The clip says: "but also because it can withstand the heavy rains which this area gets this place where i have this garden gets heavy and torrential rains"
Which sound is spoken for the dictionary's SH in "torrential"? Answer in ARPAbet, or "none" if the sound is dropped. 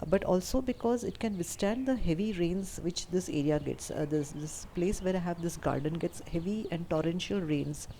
SH